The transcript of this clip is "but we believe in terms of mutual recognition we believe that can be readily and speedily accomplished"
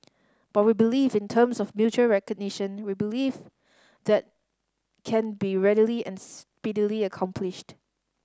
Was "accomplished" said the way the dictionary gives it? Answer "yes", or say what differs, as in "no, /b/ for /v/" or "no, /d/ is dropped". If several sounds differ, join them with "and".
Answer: yes